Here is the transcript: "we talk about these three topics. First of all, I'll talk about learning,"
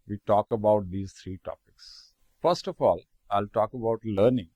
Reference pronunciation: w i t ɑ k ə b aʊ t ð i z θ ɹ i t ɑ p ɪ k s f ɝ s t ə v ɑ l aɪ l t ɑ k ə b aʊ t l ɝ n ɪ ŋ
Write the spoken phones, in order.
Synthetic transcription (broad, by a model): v i t ɑ k ə b aʊ t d i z t ɹ i t ɑ p ɪ k s f ɝ s t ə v ɑ l aɪ l t ɑ k ə b aʊ t l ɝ n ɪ ŋ